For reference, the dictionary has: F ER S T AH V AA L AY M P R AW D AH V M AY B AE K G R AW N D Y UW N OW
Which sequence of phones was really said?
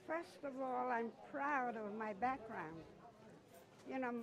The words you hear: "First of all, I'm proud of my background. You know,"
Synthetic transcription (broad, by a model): F ER S T AH V AA L AY M P R AW D AH V M AY B AE K G R AW N D Y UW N OW